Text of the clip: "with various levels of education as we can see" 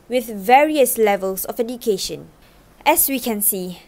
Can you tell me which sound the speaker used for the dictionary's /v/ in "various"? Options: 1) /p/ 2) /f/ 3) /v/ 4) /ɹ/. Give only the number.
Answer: 3